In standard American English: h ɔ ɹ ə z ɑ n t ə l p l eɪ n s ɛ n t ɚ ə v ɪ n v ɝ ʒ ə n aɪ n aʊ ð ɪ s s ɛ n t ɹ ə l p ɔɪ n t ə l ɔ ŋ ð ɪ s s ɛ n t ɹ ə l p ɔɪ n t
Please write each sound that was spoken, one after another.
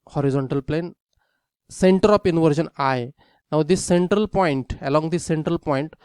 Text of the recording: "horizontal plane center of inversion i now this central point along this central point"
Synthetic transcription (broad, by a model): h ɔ ɹ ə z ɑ n t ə l p l eɪ n s ɛ n t ɚ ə p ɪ n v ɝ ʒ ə n aɪ n aʊ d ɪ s s ɛ n t ɹ ə l p ɔɪ n t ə l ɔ ŋ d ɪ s s ɛ n t ɹ ə l p ɔɪ n t